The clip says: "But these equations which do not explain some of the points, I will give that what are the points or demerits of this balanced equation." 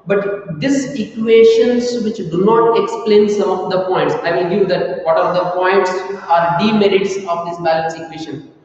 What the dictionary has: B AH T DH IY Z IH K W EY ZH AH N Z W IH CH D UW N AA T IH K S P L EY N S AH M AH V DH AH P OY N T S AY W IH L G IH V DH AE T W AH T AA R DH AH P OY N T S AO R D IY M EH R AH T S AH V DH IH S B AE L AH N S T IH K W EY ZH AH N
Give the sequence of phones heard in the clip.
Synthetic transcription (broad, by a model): B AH T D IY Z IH K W EY SH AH N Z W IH CH D UW N AA T IH K S P L EY N S AH M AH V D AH P OY N T S AY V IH L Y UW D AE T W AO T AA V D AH P OY N T S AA R D IY M EH R AH T S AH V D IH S B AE L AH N S IH K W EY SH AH N